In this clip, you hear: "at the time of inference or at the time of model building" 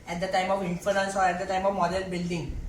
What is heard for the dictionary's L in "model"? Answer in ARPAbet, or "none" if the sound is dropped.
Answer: N